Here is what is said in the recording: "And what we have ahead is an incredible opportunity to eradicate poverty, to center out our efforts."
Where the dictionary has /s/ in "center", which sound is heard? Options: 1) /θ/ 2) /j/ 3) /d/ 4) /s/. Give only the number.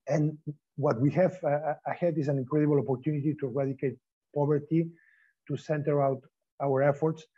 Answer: 4